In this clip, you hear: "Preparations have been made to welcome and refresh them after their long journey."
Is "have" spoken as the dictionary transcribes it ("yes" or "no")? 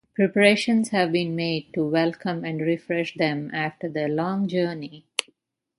yes